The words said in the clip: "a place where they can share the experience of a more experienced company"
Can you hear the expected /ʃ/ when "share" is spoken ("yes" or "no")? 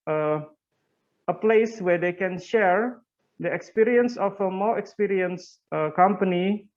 yes